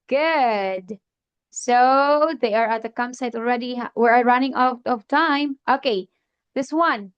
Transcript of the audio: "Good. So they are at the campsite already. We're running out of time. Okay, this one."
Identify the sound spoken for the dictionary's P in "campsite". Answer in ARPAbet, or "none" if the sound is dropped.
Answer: none